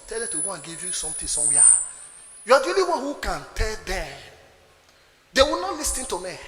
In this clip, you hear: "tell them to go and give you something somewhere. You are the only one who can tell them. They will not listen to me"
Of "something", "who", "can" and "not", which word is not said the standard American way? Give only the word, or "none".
something